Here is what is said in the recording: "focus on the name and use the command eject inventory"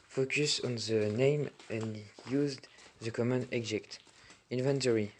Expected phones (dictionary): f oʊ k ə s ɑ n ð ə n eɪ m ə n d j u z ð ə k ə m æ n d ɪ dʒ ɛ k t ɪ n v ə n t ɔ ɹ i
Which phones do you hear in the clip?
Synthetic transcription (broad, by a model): f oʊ k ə s ɑ n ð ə n eɪ m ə n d j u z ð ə k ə m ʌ n ɪ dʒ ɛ k t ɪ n v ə n t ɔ ɹ i